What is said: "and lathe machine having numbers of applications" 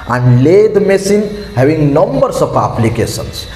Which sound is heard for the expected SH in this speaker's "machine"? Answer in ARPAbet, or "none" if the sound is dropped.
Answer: S